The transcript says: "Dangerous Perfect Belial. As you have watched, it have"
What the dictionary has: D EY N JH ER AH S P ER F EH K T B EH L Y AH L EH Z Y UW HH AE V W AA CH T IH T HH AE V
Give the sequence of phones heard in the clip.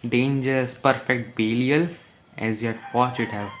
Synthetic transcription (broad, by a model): D EY N JH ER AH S P ER F EH K T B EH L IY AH L EH Z Y UW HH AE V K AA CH IH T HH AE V